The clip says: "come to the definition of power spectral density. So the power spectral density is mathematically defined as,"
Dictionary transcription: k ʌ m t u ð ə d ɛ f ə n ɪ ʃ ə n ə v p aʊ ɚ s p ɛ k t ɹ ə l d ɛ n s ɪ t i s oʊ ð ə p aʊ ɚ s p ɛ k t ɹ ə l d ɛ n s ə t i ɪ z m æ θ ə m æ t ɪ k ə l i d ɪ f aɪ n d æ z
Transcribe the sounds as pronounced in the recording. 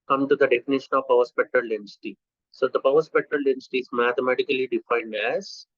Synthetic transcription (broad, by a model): k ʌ m t u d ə d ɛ f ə n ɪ ʃ ə n ə v p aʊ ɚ s p ɛ k t ɹ ə l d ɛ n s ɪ t i s oʊ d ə p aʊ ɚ s p ɛ k t ɹ ə l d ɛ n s t i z m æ t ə m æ t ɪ k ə l i d ɪ f aɪ n d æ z